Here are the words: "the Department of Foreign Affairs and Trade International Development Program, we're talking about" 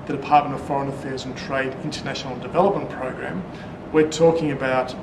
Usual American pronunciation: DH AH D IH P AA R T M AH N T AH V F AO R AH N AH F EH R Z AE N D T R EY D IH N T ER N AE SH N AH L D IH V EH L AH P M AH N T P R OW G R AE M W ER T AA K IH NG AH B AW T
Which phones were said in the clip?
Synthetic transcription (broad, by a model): DH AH D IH P AA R T M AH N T AH V F AO R AH N AH F EH R Z N T R EY D IH N T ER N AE SH N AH L D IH V EH L AH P M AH N P R OW G R AE M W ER T AA K IH NG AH B AW T